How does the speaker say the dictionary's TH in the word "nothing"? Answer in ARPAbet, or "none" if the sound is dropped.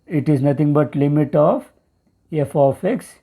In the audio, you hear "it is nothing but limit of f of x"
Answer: T